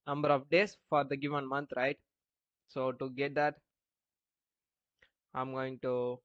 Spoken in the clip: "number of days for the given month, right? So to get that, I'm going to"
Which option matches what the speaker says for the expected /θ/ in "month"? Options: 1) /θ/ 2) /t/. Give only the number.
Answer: 2